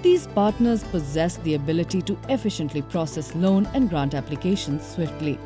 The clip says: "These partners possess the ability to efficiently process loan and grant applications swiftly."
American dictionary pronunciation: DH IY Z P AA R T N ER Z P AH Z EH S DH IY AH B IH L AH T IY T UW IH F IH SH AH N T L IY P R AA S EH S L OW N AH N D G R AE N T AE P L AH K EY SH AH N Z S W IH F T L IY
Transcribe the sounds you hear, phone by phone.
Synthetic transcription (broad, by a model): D IY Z P AA R T N ER Z P AH Z EH S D IY AH B IH L AH T IY T UW IH F IH SH AH N T L IY P R AA S EH S L OW N AH N D G R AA N T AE P L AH K EY SH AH N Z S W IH F T L IY